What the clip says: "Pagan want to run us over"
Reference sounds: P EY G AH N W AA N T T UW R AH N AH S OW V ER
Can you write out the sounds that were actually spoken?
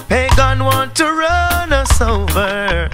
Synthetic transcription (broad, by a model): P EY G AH N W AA N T T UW R AH N AH S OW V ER